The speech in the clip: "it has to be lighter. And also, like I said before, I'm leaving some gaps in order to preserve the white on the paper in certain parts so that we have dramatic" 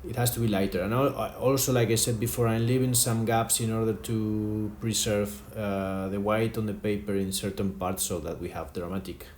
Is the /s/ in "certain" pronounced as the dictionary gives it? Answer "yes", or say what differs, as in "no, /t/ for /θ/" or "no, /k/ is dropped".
yes